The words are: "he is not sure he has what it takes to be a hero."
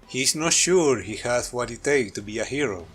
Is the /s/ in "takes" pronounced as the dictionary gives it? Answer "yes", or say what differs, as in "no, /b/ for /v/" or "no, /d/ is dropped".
no, /s/ is dropped